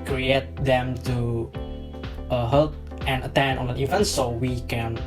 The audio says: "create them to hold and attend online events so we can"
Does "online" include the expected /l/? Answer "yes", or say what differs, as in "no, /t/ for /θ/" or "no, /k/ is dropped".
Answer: no, /l/ is dropped